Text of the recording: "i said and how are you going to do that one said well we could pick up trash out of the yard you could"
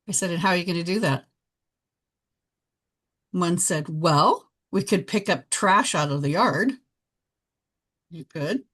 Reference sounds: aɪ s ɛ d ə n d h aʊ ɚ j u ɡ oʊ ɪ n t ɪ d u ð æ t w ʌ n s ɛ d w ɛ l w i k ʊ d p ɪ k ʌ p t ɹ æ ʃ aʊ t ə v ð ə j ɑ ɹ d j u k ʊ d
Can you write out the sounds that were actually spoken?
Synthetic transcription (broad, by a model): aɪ s ɛ d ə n h aʊ ɚ j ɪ ɡ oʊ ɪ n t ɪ d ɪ ð æ t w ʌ n s ɛ d w ɛ l w i k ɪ d p ɪ k ʌ p t ɹ æ ʃ aʊ t ə v ð ə j ɑ ɹ d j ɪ k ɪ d